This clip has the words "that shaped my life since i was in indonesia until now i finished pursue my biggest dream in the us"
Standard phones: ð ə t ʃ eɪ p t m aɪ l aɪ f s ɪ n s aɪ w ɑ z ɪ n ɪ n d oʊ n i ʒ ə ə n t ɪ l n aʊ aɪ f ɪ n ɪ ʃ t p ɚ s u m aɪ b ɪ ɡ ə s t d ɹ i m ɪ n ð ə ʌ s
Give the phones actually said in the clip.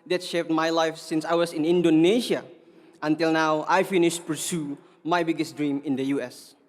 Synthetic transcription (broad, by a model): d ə t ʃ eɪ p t m aɪ l aɪ f s ɪ n s aɪ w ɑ s ɪ n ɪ n d oʊ n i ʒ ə ə n t ɪ l n aʊ aɪ f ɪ n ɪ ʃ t p ɚ s u m aɪ b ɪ ɡ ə s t d ɹ i m ɪ n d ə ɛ s